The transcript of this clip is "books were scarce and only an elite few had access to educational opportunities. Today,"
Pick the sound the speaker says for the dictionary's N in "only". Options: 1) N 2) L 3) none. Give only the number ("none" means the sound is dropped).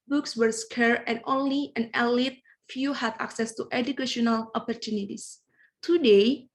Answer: 1